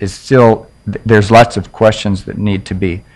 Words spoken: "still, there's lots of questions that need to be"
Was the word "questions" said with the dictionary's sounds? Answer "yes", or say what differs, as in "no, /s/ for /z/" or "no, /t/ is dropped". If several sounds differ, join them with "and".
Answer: yes